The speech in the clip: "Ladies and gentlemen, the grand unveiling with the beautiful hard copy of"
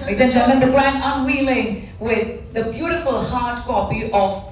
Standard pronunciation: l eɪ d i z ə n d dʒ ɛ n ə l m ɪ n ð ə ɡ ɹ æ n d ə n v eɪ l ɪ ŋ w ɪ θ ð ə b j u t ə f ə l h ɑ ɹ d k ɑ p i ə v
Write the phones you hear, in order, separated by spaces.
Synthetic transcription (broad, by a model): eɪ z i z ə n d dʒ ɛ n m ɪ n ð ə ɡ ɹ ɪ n ə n w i l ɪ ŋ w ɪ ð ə b j u t ə f ə l h ɑ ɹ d k ɑ p i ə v